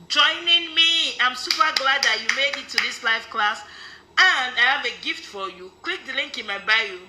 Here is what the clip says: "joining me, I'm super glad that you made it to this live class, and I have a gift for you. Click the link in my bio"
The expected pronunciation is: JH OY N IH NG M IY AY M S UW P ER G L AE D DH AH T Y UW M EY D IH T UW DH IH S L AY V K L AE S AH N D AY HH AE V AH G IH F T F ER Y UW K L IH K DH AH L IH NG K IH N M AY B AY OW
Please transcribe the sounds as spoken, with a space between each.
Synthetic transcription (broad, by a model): JH OY N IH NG M IY AY M S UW P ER G L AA D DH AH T Y UW M EY D IH T UW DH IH S L AY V K L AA S AH N D AY HH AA V AH G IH F T F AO Y UW K W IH K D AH L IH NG K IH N M AY B AY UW